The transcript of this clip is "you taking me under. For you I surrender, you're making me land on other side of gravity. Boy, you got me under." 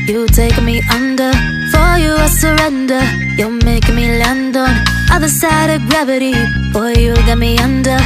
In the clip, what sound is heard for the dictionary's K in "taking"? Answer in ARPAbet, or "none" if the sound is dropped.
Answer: none